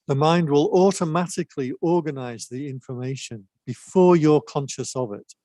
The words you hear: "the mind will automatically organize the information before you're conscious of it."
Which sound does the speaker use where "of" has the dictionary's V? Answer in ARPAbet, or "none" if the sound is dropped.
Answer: V